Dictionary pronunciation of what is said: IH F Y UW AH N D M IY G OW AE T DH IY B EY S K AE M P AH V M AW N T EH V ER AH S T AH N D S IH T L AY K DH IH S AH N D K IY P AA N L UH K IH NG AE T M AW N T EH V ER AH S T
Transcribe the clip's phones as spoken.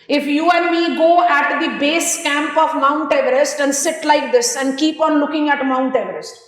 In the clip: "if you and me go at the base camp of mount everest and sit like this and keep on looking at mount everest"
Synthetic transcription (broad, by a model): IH F Y UW AH N D M IY G OW AE T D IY B EY S K AE M P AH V M AW N T EH V ER AH S T AH N D S IH T L AY K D IH S AH N D K IY P AA N L UH K IH NG AE T M AW N T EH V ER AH S T